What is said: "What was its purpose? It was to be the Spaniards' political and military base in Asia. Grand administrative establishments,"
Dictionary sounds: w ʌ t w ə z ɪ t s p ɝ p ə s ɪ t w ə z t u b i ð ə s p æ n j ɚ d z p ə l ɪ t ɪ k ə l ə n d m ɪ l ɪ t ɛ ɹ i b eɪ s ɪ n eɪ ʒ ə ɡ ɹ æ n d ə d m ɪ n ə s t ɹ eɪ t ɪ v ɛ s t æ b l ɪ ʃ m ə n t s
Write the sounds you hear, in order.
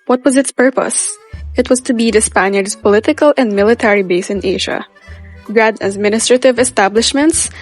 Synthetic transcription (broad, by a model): w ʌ t w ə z ɪ t s p ɝ p ə s ɪ t w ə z t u b i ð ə s p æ n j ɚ d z p ə l ɪ t ɪ k ə l ə n d m ɪ l ɪ t ɛ ɹ i b eɪ s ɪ n eɪ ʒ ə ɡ ɹ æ d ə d m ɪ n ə s t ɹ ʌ t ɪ v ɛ s t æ b l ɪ ʃ m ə n t s